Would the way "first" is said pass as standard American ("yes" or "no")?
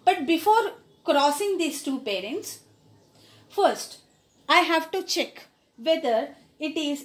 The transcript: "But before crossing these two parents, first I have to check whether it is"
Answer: yes